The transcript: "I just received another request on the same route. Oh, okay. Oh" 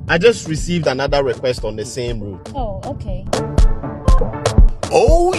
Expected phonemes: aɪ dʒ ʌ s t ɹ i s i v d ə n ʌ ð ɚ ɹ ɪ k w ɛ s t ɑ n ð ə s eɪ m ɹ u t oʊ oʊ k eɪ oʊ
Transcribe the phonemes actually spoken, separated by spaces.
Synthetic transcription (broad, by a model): aɪ dʒ ʌ s t ɹ i s i v d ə n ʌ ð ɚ ɹ ɪ k w ɛ s t ɑ n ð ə s eɪ m ɹ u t oʊ oʊ k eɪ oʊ